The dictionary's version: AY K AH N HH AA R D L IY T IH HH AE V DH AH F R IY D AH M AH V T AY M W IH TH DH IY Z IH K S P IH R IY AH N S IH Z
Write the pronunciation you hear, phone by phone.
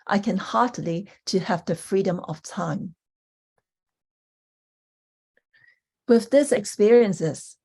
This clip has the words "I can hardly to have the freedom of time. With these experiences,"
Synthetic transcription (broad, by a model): AY K AH N HH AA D L IY T IH HH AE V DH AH F R IY D AH M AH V T AY M W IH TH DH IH S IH K S P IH R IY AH N S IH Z